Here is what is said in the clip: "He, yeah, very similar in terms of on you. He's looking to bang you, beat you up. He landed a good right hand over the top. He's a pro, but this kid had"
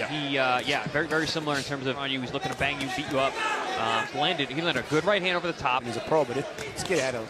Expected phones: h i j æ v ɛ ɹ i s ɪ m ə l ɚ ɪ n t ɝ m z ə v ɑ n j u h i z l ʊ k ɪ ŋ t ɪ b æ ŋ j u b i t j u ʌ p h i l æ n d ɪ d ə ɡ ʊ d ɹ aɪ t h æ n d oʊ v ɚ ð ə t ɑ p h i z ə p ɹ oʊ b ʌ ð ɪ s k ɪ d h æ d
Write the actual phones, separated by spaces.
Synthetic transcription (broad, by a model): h i j æ v ɛ ɹ i s ɪ m l ɚ ɪ n t ɝ m z ə v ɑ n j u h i z l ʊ k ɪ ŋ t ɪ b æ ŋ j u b i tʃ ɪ ʌ p h i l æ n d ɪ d ə ɡ ʊ d ɹ aɪ t h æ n d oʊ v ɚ ð ə t ɑ p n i z ə p ɹ oʊ b ʌ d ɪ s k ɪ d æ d